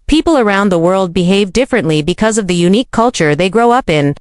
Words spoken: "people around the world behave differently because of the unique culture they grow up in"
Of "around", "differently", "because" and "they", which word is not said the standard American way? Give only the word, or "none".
none